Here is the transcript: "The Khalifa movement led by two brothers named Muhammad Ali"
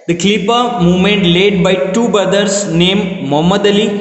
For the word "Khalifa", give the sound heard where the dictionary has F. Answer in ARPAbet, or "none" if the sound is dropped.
P